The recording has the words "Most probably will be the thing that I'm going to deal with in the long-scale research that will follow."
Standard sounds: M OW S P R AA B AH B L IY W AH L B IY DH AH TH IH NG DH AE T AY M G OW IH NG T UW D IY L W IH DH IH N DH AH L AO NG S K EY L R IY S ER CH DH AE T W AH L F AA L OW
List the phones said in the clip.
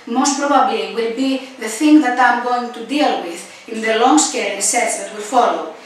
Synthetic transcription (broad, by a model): M OW S P R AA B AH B L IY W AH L B IY DH AH TH IH NG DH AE T AY M G OW IH NG T UW D IY L W IH DH IH N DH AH L AO NG S K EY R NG S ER S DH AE T W AH L F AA L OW